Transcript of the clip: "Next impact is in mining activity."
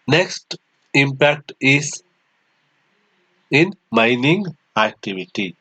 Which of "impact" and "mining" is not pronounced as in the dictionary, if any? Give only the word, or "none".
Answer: none